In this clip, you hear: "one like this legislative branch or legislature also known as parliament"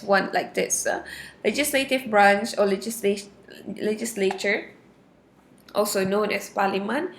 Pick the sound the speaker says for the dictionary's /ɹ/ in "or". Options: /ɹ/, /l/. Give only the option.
/l/